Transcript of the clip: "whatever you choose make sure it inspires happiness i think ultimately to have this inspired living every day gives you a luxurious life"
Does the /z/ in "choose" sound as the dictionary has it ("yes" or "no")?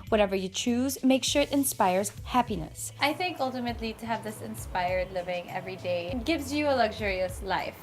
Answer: yes